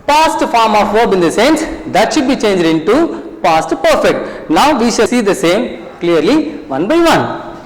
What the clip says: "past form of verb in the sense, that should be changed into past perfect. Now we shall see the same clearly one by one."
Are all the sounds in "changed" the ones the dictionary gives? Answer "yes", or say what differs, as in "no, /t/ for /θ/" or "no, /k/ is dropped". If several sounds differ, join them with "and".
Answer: yes